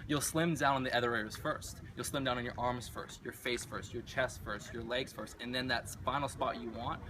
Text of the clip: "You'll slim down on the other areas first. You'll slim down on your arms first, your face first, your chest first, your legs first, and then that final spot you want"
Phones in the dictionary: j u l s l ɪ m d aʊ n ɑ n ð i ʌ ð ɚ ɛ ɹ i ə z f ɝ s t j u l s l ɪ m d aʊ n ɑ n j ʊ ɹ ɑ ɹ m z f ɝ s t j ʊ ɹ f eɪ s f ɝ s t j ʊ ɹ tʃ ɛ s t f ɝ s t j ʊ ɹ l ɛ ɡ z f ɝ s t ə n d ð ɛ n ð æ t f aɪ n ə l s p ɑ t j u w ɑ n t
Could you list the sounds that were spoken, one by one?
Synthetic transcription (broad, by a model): j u l s l ɪ m d aʊ n n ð i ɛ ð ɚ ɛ i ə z f ɝ s t j u l s l ɪ m d aʊ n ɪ n j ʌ ɹ ɑ ɹ m z f ɝ s t j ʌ ɹ f eɪ s f ɝ s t j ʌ ɹ tʃ ɛ s t f ɝ s t j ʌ ɹ l ɛ ɡ z f ɝ s t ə n ð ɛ n ð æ t f aɪ n l s p ɑ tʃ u w ɑ n t